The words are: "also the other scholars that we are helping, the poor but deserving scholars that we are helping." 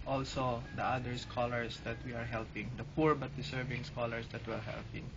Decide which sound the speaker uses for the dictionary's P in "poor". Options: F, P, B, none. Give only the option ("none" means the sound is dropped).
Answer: P